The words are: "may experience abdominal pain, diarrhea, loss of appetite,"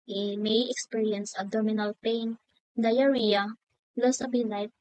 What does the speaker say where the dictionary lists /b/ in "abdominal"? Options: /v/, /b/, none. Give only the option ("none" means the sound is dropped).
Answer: none